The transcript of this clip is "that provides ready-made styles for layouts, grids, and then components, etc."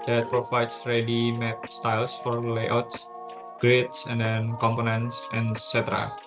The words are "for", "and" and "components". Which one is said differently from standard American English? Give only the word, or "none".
none